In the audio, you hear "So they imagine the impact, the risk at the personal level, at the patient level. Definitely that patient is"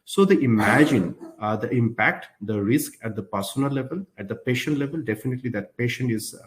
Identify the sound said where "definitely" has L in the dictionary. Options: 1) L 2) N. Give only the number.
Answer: 1